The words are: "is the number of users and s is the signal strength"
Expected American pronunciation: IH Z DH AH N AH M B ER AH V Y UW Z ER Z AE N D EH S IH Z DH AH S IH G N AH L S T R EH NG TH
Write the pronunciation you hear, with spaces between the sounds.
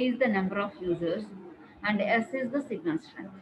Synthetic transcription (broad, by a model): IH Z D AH N AH M B ER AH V Y UW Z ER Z AE N D EH S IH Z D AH S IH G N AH N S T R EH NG